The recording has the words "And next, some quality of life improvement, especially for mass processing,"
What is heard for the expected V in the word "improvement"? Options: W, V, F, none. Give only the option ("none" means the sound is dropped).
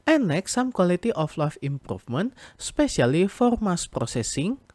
F